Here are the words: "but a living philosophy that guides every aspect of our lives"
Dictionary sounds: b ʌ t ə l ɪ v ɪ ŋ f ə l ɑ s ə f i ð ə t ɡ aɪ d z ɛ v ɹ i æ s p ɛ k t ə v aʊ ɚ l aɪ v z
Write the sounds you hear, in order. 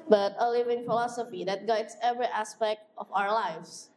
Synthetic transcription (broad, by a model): b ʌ t ə l ɪ v ɪ ŋ f ə l ɑ s ə f i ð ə t ɡ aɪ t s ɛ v ɹ i æ s p ɛ k t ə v aʊ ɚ l aɪ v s